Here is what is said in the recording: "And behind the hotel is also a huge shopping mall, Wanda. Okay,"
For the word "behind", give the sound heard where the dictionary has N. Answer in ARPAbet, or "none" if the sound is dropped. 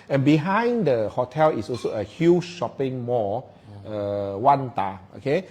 N